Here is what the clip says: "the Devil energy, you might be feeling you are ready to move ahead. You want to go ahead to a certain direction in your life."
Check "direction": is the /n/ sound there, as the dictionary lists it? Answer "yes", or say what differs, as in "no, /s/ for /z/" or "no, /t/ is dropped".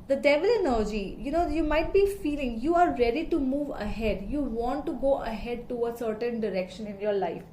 yes